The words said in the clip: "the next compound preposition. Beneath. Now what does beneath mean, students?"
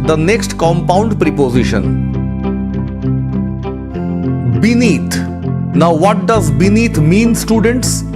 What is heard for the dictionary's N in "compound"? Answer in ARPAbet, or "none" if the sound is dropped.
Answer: N